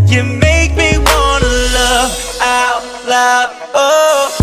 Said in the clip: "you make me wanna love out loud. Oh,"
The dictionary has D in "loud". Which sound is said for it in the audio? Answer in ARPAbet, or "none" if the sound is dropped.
none